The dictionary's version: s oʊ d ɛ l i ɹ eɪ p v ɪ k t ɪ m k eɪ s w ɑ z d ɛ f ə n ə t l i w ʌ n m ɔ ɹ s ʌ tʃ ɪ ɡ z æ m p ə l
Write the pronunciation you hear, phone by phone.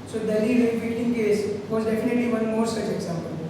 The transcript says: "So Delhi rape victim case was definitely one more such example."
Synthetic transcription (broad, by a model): s oʊ d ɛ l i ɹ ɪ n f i t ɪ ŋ k eɪ s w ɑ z d ɛ f ə n ə t l i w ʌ n m ɔ ɹ s ʌ tʃ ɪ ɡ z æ m p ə l